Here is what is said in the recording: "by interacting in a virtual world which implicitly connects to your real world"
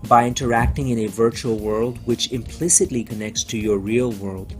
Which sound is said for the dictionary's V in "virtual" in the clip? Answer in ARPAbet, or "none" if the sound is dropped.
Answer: V